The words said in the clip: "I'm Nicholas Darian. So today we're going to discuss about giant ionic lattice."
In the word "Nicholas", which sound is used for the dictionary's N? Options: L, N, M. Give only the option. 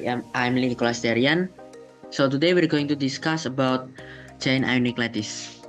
L